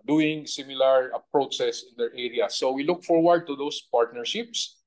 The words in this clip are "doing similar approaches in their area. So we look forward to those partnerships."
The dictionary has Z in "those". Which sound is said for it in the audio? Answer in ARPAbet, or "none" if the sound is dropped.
S